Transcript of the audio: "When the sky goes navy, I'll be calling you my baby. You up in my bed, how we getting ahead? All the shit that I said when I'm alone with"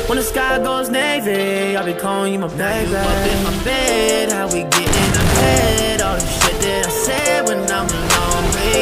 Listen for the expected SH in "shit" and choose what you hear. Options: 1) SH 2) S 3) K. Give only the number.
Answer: 2